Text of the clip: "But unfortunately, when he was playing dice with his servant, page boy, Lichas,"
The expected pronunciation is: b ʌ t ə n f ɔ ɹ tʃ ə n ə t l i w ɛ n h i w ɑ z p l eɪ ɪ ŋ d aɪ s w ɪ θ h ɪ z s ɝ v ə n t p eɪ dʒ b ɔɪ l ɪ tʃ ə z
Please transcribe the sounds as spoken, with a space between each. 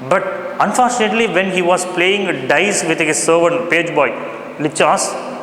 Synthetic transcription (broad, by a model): b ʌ t ə n f ɔ ɹ tʃ ə n ə t l i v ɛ n h i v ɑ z p l eɪ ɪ ŋ d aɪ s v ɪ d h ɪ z s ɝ v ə t p eɪ dʒ b ɔɪ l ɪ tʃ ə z